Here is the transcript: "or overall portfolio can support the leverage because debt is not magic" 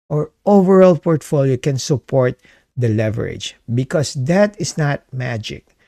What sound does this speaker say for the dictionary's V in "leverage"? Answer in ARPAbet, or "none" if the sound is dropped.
V